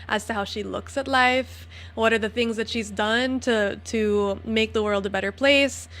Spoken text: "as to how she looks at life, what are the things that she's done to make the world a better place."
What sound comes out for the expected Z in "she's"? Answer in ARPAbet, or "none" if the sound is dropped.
Z